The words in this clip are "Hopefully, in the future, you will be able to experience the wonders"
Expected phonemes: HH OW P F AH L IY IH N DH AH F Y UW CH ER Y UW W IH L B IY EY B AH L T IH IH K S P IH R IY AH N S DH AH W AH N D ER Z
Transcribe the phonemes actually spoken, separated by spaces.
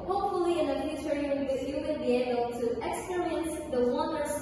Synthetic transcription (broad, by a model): HH OW P F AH L IY IH N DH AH F Y UW CH ER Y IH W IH N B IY EY B AH L T IH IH K S P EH R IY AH N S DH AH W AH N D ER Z